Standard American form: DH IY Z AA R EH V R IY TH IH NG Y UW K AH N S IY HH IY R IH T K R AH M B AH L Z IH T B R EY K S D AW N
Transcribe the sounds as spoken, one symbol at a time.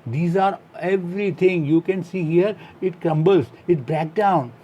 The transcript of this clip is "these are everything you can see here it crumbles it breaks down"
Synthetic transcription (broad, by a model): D IY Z AA R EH V R IY T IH NG Y UW K AH N S IY HH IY R IH T K R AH M B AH L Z IH T B R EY K D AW N